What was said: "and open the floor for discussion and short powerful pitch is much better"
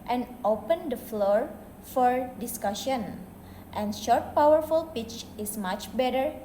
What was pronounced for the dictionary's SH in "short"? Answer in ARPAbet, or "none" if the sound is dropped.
SH